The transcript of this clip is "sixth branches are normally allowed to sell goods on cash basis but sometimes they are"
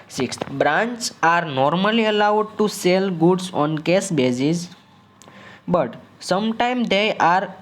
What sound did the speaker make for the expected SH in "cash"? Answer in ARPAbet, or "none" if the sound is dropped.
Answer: S